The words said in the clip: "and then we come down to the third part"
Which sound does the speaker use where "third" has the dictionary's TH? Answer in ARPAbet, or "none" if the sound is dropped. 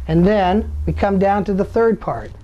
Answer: TH